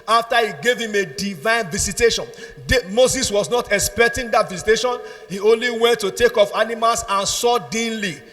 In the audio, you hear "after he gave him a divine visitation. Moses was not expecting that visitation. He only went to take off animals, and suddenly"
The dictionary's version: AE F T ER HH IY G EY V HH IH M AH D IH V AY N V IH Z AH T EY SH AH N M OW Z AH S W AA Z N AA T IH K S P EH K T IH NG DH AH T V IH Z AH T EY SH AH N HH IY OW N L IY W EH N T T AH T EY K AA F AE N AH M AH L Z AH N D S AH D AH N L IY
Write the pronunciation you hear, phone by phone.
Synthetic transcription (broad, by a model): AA F T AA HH IY G EY V HH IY M AH D IH V AY N V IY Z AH T EY SH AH N M OW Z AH S W AA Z N AA T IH K S P EH K T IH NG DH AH T V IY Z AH T EY SH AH N HH IY OW N L IY W EH N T T AH T EY K AA F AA N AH M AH L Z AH N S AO D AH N L IY